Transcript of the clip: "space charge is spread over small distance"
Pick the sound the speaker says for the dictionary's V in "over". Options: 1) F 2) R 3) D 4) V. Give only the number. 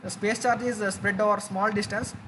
4